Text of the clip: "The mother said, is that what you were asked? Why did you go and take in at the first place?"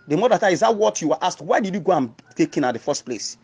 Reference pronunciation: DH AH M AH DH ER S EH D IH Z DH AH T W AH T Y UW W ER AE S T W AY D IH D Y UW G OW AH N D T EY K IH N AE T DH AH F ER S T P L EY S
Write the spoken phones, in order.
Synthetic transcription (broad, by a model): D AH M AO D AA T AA IH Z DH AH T W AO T Y UW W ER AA S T W AY D IH D Y UW G OW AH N T EY K IH N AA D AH F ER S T P L EY S